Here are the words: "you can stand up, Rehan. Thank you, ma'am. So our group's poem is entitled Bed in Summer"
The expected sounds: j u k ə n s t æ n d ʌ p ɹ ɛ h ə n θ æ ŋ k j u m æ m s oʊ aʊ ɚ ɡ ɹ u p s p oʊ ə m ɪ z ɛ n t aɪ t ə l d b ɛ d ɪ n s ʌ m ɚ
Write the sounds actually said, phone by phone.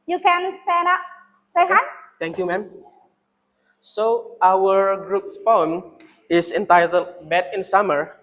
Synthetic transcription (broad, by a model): j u k ə n s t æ n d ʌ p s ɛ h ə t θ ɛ ŋ k j u m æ m s oʊ aʊ ɚ ɡ ɹ u p s p oʊ ə m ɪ s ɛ n t aɪ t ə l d b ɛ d ɪ n s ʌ m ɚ